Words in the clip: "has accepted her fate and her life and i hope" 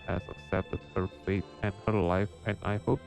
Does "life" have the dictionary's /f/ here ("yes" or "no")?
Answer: yes